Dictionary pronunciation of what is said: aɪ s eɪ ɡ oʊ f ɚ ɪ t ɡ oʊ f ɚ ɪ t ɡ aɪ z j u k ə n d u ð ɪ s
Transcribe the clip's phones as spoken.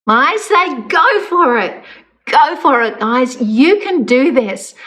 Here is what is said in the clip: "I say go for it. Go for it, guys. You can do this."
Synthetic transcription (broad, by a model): aɪ s eɪ ɡ oʊ f ɚ ɪ t ɡ oʊ f ɚ ɪ t ɡ aɪ z j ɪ k ə n d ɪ ð ɪ s